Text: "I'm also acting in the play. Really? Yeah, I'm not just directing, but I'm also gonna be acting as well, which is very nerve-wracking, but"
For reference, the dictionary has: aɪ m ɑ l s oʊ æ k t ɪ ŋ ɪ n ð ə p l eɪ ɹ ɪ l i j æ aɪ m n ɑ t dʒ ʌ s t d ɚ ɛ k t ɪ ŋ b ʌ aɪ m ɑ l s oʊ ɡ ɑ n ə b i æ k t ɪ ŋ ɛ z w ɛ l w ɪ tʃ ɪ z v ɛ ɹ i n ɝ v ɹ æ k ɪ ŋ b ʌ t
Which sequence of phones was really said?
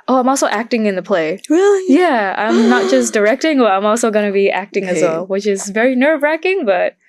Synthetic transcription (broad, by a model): aɪ m ɑ l s oʊ æ k t ɪ ŋ ɪ n ð ə p l eɪ ɹ ɪ l i j æ aɪ m n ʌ t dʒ ʌ s d ɚ ɛ k t ɪ ŋ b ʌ aɪ m ɑ l s oʊ ɡ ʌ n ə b i æ k t ɪ ŋ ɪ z w ɛ l w ɪ tʃ ɪ z v ɛ ɹ i n ɝ v ɹ æ k ɪ ŋ b ʌ t